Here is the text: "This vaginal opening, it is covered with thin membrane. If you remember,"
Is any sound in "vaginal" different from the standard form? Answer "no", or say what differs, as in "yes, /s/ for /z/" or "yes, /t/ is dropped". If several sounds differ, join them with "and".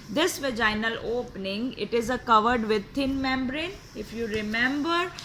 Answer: no